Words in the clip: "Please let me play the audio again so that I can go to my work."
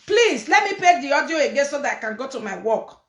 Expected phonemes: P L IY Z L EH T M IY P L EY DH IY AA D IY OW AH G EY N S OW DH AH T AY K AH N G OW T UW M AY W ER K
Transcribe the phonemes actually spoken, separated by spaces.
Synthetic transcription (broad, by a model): P L IY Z L EH T M IY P EY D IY AA D IY OW AH G EY N S OW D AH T AY K AH N G OW T UW M AY W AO K